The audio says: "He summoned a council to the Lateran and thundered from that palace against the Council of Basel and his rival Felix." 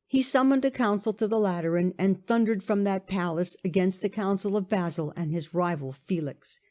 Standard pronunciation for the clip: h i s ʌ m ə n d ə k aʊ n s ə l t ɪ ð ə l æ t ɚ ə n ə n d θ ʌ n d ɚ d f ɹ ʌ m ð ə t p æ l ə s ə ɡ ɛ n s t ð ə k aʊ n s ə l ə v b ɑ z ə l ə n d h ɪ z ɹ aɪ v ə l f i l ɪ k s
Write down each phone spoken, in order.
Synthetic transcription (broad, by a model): h i s ʌ m ə n d ə k aʊ n s l t ɪ ð ə l æ t ɚ ə n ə n θ ʌ n d ɚ d f ɹ ʌ m ð ə t p æ l ə s ə ɡ ɛ n s t ð ə k aʊ n s l ə v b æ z l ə n ɪ z ɹ aɪ v l f i l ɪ k s